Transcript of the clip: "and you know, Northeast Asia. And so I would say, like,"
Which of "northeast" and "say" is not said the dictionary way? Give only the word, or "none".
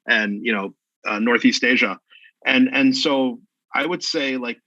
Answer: none